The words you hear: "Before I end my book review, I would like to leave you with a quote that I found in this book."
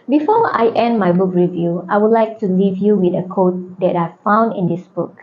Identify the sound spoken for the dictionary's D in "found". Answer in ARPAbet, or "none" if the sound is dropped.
D